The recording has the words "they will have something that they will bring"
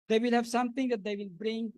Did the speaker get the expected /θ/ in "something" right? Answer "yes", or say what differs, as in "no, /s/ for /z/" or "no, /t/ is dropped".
no, /t/ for /θ/